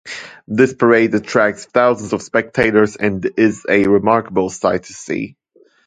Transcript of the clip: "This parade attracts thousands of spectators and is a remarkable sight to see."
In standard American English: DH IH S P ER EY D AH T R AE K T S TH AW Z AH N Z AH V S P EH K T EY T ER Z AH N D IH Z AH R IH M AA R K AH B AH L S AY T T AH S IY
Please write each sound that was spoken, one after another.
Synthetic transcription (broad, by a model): DH IH S P ER EY D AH T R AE K S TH AW Z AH N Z AH V S P EH K T EY T ER Z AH N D IH Z AH R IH M AA R K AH B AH L S AY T T AH S IY